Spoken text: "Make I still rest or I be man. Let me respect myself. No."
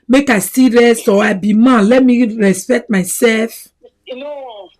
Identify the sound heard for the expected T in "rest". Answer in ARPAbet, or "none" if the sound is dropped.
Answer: none